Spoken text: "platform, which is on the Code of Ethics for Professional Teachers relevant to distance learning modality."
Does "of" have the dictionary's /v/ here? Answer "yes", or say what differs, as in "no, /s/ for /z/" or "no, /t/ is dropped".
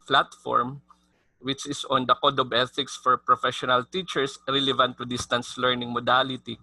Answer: no, /b/ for /v/